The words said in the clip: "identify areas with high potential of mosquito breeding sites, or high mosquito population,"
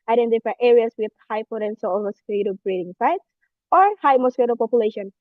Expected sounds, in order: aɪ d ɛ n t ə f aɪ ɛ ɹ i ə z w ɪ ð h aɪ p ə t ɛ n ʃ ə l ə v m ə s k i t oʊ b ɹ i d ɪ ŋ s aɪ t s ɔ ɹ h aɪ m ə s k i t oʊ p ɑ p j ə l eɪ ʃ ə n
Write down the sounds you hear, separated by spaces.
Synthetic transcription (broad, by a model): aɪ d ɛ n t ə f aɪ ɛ ɹ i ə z w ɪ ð h aɪ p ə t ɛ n s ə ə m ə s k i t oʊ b ɹ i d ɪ ŋ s aɪ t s ɔ ɹ h aɪ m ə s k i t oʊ p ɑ p j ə l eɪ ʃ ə n